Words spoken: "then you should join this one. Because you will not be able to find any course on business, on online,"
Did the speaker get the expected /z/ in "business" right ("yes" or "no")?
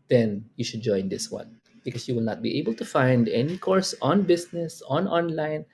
no